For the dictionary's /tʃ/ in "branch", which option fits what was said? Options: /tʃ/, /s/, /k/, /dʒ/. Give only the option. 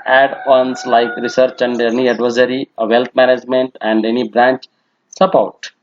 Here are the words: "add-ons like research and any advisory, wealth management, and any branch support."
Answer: /tʃ/